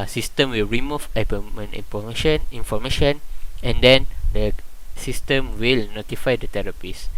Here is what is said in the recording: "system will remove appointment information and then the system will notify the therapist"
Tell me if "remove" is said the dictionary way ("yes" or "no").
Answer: no